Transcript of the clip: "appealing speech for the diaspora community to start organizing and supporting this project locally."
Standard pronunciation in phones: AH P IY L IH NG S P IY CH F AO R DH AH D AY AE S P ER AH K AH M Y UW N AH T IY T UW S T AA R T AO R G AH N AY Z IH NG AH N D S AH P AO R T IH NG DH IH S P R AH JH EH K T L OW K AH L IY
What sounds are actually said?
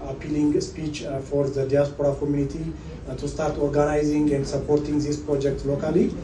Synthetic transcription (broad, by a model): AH P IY L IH NG S P IY CH F AO R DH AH D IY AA S P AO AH K AH M Y UW N AH T IY T UW S T AA R T AO R G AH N AY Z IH NG AH N D S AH P AO R T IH NG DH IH S P R AH JH EH K T L OW K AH L IY